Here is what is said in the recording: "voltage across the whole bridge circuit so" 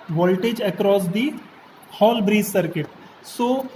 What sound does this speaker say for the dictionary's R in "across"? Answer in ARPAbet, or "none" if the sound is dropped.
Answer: R